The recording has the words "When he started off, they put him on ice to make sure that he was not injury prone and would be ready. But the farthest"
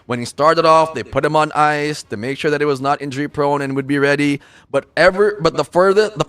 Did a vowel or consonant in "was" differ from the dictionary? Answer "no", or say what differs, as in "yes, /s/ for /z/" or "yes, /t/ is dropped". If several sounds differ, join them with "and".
no